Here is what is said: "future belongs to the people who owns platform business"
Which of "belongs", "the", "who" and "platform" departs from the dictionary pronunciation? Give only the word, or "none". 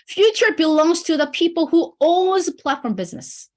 none